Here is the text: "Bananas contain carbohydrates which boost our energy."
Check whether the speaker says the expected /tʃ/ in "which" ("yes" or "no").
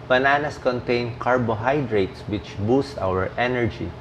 yes